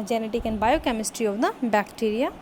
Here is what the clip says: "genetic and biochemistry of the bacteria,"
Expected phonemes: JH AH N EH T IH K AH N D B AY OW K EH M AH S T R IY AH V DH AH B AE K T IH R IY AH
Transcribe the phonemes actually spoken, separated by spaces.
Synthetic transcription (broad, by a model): JH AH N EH T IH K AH N B AY OW K EH M AH S T R IY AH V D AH B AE K T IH R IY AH